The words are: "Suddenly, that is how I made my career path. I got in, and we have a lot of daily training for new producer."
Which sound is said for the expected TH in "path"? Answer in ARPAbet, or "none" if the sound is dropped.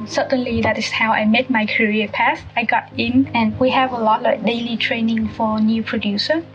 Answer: S